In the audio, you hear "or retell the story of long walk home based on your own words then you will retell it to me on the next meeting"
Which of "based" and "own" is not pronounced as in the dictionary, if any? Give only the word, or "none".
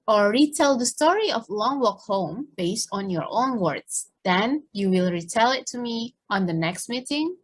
none